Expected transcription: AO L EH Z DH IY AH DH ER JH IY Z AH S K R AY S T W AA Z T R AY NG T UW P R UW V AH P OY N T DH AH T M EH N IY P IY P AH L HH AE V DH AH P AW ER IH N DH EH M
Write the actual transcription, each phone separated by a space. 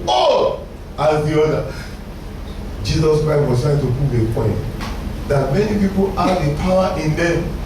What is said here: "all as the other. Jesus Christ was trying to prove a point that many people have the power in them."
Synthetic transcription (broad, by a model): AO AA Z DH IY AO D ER JH IY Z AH S K R AY S T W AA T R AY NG T UW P UW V AH P OY N T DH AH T M EH N IY P IY P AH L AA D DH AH P AW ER IH N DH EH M